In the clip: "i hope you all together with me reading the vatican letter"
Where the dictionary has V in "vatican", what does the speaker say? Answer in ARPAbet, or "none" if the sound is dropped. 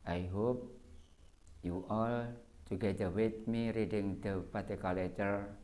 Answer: P